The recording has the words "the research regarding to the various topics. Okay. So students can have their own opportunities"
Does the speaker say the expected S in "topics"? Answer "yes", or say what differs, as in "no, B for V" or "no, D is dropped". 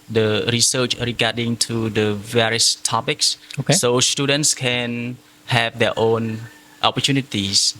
yes